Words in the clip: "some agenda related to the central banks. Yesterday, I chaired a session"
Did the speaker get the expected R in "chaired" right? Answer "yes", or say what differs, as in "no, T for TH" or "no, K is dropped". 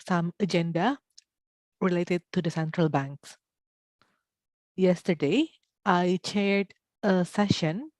yes